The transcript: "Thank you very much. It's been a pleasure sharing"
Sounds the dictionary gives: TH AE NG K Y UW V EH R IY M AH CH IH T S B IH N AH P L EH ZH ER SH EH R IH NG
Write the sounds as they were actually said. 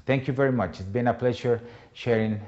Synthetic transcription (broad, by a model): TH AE NG K Y UW V EH R IY M AH CH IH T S B IH N AH P L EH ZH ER SH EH R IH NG